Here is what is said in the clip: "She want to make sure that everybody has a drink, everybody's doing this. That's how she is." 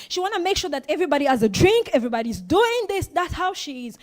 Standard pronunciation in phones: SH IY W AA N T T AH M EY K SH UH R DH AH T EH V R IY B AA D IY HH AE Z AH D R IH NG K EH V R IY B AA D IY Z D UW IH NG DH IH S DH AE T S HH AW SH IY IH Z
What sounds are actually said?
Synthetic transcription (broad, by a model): SH IY W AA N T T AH M EY K SH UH R DH AH T EH V R IY B AA D IY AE Z AH D R IH NG K EH V R IY B AA D IY Z D UW IH NG DH IH S DH AE T S HH AW SH IY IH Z